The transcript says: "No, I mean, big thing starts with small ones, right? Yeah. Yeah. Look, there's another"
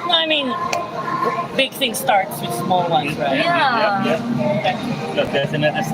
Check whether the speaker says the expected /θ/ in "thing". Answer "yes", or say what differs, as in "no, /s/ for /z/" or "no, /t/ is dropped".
yes